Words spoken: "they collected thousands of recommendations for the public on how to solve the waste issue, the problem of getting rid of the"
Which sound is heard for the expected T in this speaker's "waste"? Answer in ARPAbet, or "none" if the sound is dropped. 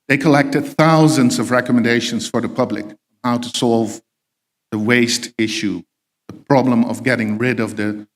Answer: T